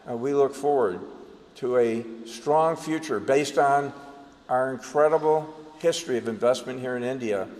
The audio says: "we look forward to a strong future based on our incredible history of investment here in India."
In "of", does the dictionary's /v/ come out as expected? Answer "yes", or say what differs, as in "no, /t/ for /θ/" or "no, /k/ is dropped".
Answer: yes